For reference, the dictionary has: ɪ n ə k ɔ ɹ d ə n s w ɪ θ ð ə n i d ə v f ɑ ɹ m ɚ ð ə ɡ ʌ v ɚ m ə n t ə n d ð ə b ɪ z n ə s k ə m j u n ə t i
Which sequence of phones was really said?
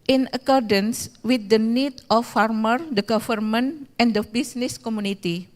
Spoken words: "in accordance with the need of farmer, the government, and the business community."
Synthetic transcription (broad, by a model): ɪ n ə k ɔ ɹ d ə n s w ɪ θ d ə n i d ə f ɑ ɹ m ɚ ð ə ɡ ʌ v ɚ m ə n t ə n d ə b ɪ s n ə s k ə m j u n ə t i